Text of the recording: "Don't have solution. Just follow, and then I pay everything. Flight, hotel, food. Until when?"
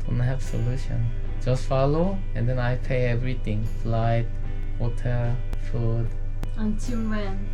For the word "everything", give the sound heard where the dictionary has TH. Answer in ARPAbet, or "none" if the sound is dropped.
T